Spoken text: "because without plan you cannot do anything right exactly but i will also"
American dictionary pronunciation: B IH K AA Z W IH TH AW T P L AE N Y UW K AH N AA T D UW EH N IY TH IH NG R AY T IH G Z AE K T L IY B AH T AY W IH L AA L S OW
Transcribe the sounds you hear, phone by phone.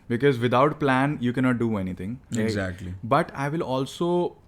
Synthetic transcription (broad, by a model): B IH K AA Z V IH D AW T P L AE N Y UW K AH N AA T D UW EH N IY T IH NG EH IH G Z AE K T L IY B AH T AY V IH L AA L S OW